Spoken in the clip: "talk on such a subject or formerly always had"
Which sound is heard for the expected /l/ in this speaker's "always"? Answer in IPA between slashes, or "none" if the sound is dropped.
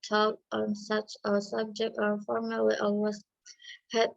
none